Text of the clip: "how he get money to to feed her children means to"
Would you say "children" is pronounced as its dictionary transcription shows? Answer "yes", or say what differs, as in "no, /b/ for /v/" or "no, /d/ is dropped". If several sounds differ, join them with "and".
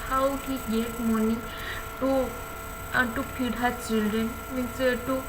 no, /ɹ/ is dropped